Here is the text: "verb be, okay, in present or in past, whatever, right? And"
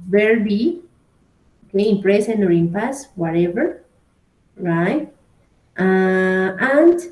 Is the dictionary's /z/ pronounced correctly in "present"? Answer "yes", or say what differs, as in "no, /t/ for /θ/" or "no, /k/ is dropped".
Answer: no, /s/ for /z/